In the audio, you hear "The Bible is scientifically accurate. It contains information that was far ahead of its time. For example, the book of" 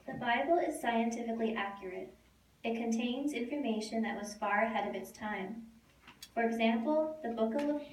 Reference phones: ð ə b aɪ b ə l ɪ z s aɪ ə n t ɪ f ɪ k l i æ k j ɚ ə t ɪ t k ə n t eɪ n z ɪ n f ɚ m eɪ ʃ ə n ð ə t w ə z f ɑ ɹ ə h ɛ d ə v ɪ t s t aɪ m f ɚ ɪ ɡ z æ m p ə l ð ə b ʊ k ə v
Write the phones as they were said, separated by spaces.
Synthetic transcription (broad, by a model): ð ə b aɪ b l ɪ z s aɪ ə n t ɪ f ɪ k l i æ k j ɚ ə t ɪ t k ə n t eɪ n z ɪ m f ɚ m eɪ ʃ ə n ð ə t w ə z f ɑ ɹ ə h ɛ d ə v ɪ t s t aɪ m f ɚ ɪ ɡ z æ m p l ð ə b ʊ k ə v